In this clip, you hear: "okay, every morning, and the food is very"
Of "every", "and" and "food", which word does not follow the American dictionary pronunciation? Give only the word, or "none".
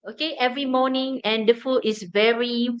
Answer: food